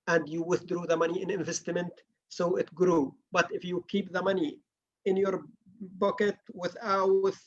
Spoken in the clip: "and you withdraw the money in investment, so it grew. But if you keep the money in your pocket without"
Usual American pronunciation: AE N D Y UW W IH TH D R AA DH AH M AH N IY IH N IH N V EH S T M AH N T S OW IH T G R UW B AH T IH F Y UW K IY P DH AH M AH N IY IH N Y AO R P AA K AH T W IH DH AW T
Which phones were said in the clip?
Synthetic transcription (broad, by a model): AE N D Y UW W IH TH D R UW DH AH M AH N IY IH N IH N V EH S T M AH N T S OW IH T G R UW B AH T IH F Y UW K IY P DH AH M AH N IY IH N Y AO R B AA K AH T W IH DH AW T